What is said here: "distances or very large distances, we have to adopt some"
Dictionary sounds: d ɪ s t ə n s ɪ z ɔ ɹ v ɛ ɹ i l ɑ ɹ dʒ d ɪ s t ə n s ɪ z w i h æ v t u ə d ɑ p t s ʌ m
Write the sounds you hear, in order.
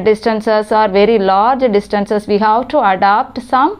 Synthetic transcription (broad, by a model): d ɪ s t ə n s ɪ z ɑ ɹ v ɛ ɹ i l ɑ ɹ dʒ d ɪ s t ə n s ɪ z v i h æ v t u ə d ɑ p t s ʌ m